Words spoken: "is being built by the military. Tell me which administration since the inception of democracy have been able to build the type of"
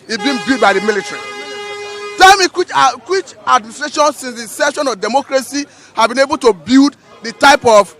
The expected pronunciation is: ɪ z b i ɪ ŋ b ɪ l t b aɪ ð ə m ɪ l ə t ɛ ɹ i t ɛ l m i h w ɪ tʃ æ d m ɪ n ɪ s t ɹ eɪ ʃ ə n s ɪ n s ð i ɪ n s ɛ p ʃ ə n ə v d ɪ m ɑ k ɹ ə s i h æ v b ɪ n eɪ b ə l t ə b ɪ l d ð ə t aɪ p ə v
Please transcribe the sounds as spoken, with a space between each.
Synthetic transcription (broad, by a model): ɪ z b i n b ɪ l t b aɪ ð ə m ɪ l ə t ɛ ɹ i t ɛ l m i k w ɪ tʃ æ d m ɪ n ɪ s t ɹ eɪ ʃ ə n s ɪ n s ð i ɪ s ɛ ʃ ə n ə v d ɪ m ɑ k ɹ ə s i h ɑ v b ɪ n eɪ b ə l t ə b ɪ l d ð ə t aɪ p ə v